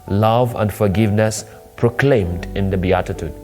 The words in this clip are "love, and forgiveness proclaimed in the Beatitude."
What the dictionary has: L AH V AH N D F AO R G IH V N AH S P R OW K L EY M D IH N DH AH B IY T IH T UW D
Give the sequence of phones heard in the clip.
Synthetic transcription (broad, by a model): L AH V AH N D F AO R G IH V N AH S P R OW K L EY M D IH N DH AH B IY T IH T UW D